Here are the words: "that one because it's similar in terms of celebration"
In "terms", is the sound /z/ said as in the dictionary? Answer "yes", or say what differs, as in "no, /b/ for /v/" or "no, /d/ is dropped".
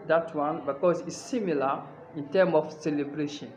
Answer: no, /z/ is dropped